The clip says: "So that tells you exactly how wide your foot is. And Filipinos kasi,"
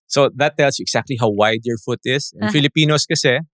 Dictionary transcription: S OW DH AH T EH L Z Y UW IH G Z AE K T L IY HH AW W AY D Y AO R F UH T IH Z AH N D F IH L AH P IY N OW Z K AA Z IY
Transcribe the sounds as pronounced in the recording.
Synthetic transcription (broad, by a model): S OW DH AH T EH L S Y UW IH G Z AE K T L IY HH AW W AY D Y AO R F UH T IH S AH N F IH L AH P IY N OW S K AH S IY